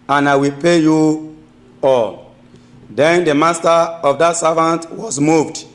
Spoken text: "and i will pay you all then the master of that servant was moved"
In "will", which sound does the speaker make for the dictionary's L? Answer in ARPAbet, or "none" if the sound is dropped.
L